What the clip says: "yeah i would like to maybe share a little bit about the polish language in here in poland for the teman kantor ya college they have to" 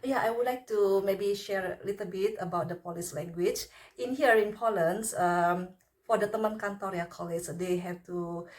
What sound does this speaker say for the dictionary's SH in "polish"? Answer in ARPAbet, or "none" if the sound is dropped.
S